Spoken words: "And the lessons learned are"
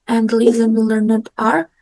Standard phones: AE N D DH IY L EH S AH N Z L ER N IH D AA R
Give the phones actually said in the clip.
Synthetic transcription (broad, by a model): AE N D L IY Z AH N L ER N IH D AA R